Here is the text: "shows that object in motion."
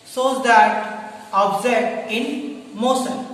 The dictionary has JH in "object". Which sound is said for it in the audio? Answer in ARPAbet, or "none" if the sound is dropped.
Z